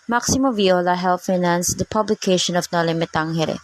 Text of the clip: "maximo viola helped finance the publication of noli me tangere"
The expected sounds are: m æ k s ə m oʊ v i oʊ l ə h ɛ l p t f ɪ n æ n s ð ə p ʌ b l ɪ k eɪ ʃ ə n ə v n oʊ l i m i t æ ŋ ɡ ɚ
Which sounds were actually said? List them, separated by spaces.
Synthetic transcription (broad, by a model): m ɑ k s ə m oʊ v i oʊ l ə h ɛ l t f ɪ n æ n s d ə p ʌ b l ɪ k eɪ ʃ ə n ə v n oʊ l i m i t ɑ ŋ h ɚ